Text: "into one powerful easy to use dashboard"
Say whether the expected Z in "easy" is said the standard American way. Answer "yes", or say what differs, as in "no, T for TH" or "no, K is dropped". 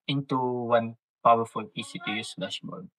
no, S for Z